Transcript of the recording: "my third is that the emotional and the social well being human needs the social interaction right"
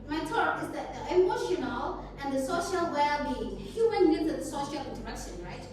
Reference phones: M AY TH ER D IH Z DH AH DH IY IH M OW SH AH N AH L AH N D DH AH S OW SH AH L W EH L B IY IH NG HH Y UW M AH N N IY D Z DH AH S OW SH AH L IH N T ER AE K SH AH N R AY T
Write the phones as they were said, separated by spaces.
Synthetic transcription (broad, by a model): M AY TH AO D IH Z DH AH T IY IH M OW SH AH N AH L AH N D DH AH S OW SH AH L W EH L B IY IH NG HH Y UW M AH N L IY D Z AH S OW SH AH L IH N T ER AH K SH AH N R AY T